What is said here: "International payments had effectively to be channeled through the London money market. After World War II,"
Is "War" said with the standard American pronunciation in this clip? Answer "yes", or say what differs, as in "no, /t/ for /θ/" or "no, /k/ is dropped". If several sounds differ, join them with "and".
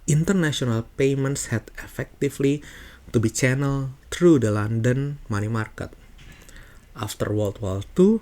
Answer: no, /l/ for /ɹ/